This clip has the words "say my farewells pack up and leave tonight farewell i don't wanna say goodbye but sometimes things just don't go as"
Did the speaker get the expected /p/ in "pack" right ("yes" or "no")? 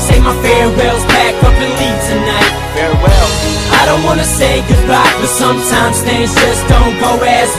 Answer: no